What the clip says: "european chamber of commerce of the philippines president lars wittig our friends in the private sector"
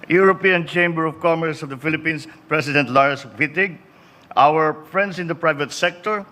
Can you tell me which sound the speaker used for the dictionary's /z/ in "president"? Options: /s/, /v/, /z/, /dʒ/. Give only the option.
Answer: /s/